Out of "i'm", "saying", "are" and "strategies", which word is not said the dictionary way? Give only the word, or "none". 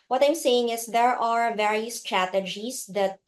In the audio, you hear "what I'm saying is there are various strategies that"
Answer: strategies